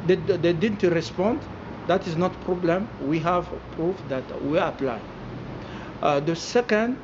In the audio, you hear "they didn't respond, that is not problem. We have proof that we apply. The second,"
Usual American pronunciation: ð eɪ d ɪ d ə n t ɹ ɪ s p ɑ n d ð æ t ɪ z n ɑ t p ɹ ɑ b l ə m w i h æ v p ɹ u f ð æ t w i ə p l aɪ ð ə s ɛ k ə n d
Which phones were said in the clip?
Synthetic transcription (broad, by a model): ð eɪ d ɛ d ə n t ɹ ɪ s p ɑ n d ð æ t ɪ z n ɑ t p ɹ ɑ b l ə m w i h æ v p ɹ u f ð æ t w i ə p l aɪ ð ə s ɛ k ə n d